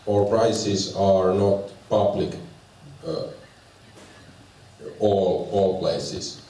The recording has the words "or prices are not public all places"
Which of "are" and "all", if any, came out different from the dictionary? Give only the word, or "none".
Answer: none